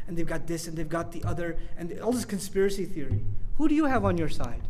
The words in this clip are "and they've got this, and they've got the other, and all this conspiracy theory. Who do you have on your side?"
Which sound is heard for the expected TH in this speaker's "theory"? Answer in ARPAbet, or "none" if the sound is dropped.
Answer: TH